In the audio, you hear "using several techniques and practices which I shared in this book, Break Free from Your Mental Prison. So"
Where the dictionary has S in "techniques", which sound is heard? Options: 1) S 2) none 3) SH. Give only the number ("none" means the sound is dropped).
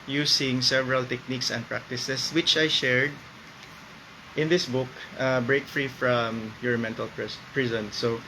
1